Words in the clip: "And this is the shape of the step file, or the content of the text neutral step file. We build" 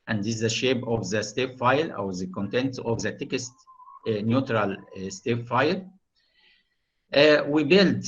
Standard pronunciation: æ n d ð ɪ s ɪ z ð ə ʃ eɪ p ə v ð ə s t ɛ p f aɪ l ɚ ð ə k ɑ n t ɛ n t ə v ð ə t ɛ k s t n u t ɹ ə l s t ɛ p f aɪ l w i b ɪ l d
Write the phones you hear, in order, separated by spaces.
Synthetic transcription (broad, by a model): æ n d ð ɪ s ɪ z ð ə ʃ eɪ b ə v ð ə s t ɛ f aɪ l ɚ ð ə k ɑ n t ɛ n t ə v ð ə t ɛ k s t n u t ɹ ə l s t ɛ f f aɪ l w i b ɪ l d